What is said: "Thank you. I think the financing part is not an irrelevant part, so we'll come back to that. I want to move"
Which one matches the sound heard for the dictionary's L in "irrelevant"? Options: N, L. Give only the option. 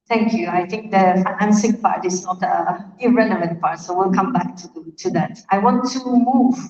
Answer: N